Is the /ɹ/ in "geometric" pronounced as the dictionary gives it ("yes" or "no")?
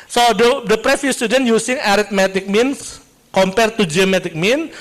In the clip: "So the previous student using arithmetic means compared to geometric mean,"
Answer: no